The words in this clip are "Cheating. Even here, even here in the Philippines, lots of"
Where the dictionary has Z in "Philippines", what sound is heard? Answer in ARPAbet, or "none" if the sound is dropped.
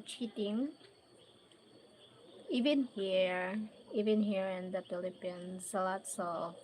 S